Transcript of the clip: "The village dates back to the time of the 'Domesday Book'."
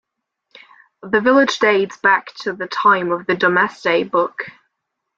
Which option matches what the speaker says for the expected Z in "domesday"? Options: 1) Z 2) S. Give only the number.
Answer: 2